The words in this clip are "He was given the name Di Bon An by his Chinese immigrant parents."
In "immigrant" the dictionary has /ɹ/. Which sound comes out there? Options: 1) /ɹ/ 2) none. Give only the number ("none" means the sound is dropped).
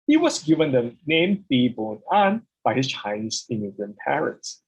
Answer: 2